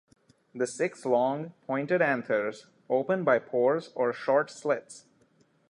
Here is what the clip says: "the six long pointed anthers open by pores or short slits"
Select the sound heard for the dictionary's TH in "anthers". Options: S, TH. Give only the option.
S